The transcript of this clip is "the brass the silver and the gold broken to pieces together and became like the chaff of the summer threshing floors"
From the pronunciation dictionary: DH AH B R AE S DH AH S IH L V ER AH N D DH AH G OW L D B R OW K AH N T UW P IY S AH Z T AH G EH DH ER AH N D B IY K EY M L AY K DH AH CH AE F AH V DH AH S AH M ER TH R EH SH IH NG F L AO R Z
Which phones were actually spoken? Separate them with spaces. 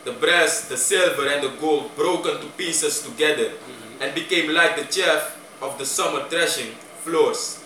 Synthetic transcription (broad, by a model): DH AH B R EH S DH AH S IH L V ER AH N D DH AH G OW L D B R OW K AH N T UW P IY S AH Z T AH G EH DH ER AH N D B IY K EY M L AY K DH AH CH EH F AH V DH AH S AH M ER T R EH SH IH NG F L AO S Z